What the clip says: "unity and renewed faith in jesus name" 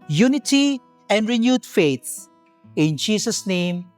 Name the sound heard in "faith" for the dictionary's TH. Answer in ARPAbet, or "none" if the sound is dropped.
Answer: S